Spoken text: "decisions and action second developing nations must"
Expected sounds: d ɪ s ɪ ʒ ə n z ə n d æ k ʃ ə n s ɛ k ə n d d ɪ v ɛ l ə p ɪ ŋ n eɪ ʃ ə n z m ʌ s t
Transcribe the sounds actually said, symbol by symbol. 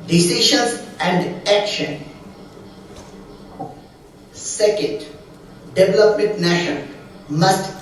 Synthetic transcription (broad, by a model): d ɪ s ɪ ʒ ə n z ə n d æ k ʃ ə n s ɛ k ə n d d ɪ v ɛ l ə p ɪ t n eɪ ʃ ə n m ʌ s t